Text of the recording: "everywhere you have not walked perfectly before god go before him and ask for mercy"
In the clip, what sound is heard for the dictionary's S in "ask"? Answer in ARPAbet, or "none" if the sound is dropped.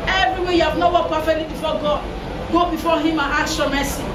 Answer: none